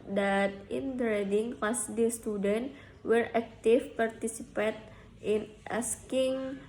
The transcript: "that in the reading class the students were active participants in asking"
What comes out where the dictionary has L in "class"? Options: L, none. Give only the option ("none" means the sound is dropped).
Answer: none